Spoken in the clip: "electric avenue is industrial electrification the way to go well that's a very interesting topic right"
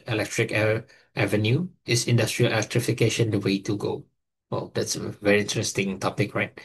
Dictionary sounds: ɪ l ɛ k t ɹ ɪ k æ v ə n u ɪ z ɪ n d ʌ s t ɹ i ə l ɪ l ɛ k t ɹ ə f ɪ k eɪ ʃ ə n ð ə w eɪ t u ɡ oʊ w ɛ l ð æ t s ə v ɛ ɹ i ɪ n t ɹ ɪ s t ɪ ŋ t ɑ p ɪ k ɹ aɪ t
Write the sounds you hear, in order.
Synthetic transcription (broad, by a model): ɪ l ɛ k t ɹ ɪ k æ v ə n u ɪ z ɪ n d ʌ s t ɹ i ə l ɪ l ɛ k t ɹ ə f ɪ k eɪ ʃ ə n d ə w eɪ t u ɡ oʊ w ɛ l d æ t s ə v ɛ ɹ i ɪ n t ɹ ɪ s t ɪ ŋ t ɑ p ɪ k ɹ aɪ t